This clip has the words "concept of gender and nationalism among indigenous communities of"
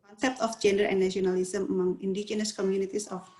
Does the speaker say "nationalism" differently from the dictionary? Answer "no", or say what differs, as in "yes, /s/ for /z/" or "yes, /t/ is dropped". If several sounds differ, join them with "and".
yes, /ʃ/ is dropped